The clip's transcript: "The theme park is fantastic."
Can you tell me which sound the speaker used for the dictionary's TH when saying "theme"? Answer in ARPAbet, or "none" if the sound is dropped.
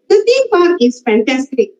S